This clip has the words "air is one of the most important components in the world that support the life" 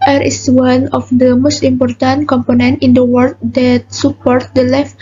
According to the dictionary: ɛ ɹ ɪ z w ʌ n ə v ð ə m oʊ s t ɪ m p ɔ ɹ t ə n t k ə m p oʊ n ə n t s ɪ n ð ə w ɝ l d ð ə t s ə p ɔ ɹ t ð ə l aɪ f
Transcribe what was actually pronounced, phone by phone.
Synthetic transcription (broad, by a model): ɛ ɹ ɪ s w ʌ n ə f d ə m oʊ s t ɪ m p ɔ ɹ t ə n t k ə m p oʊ n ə n t ɪ n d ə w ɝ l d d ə t s ə p ɔ ɹ t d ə l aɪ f